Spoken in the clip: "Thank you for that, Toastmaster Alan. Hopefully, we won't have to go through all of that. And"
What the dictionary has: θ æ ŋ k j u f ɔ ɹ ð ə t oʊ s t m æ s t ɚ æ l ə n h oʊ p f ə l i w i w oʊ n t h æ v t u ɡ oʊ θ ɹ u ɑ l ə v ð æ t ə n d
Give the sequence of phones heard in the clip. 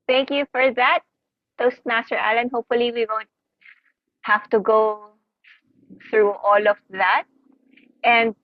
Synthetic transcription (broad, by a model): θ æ ŋ k j u f ɔ ɹ ð ə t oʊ s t m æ s t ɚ æ l ə n h oʊ p f ə l i w i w oʊ n t h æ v t u ɡ oʊ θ ɹ u ɑ l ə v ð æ t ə n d